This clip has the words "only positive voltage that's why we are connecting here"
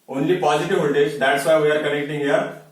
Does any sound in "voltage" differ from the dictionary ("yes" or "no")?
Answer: yes